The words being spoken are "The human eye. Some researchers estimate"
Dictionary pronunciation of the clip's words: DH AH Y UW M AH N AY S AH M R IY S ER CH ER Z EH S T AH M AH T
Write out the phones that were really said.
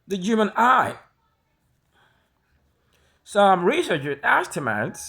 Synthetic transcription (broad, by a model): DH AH Y UW M AH N AY S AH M R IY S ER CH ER EH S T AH M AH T